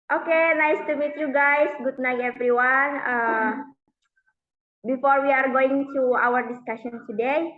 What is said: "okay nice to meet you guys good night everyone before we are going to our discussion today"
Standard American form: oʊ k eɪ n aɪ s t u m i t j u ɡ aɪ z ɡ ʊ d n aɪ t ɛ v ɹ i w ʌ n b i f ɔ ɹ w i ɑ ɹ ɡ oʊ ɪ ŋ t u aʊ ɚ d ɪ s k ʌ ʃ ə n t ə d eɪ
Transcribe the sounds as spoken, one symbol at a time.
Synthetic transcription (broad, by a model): oʊ k eɪ n aɪ s t u m i t j u ɡ aɪ s ɡ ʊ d n aɪ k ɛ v ɹ i w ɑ n b i f ɔ ɹ w i ɑ ɹ ɡ oʊ ɪ ŋ t u aʊ ɚ d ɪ s k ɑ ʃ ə n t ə d eɪ